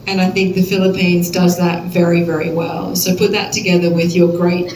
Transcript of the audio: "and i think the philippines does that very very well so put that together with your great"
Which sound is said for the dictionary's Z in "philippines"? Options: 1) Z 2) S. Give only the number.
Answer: 1